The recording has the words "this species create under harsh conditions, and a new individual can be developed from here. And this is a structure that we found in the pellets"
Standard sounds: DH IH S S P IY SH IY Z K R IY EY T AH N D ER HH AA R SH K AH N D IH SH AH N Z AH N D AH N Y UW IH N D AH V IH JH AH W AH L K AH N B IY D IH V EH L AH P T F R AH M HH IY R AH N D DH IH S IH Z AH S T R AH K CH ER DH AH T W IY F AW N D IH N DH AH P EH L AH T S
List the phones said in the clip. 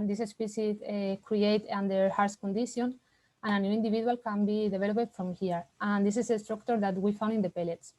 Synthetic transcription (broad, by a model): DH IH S S P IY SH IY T K R IY EY T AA N D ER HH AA R S K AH N D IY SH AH N AH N AH N Y UW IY N D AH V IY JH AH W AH L K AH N B IY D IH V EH L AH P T F R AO M HH IY R AH N D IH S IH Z AH S T R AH K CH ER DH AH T W IY F AW N D IH N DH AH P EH L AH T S